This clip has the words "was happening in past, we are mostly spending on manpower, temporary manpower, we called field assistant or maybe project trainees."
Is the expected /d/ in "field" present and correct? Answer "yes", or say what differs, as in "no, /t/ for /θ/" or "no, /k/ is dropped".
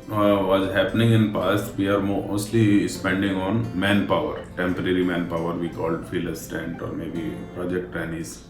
no, /d/ is dropped